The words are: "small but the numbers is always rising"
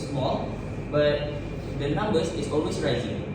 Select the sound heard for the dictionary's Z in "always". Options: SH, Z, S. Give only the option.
S